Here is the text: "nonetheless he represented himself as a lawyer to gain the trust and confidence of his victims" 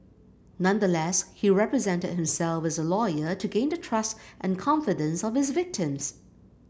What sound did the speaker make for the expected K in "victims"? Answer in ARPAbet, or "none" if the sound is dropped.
K